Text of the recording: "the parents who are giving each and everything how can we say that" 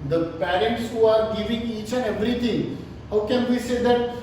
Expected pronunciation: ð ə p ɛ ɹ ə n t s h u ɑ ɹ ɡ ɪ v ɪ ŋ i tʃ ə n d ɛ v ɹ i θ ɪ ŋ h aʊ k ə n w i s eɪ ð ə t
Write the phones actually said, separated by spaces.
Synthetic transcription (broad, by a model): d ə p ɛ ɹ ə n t s h u ɑ ɹ ɡ ɪ v ɪ ŋ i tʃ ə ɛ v ɹ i t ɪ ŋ h aʊ k ə n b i s eɪ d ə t